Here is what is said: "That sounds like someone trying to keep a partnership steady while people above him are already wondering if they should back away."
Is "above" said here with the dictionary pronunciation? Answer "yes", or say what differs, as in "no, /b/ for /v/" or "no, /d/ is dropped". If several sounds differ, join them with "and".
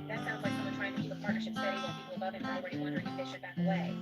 no, /v/ is dropped